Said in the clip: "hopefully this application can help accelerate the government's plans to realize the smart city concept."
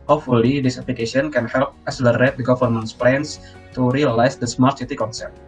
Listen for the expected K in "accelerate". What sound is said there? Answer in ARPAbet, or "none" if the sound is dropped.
none